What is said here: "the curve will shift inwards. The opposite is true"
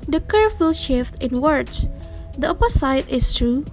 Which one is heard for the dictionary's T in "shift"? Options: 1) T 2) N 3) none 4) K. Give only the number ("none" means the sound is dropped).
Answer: 1